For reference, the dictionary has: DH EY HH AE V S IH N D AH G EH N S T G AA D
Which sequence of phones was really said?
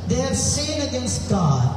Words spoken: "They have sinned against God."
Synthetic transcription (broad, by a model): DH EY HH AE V S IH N AH G EH N S T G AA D